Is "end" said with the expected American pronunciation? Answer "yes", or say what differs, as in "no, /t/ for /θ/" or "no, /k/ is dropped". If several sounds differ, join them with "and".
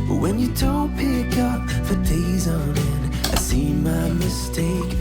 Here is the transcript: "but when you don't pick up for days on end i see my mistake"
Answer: no, /d/ is dropped